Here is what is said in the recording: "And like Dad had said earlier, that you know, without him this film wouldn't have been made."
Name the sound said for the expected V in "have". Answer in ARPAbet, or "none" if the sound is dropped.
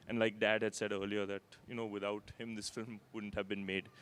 V